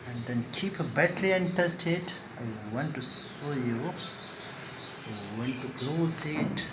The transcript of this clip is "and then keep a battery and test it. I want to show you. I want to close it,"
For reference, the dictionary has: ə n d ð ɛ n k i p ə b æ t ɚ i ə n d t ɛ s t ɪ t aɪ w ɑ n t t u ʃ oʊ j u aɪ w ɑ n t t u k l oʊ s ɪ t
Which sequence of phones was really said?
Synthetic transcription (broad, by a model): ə n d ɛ n k i p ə b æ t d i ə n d t ɛ s t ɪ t aɪ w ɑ n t t u s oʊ j u aɪ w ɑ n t t u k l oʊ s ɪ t